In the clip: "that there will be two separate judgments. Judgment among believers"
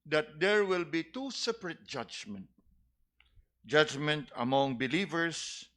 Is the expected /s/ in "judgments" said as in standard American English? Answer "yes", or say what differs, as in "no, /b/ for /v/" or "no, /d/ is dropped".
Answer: no, /s/ is dropped